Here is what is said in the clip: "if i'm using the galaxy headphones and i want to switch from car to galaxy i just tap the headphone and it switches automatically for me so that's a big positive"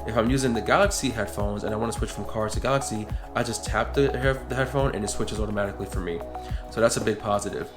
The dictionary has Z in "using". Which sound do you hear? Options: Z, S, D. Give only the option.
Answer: Z